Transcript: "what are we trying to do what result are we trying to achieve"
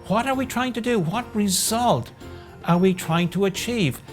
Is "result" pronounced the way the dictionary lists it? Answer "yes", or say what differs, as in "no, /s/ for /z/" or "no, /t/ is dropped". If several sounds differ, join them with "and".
yes